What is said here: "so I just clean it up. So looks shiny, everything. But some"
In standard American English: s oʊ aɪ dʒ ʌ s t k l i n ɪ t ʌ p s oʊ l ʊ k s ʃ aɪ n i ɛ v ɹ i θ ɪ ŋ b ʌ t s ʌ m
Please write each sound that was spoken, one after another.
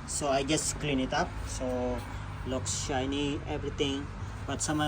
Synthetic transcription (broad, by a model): s oʊ aɪ dʒ ʌ s t k l i n ɪ t ʌ p s oʊ l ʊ k s ʃ aɪ n i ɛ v ɹ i t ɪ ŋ b ʌ t s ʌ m